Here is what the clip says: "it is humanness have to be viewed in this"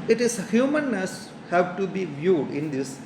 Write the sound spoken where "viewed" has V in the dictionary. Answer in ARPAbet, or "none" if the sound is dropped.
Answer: V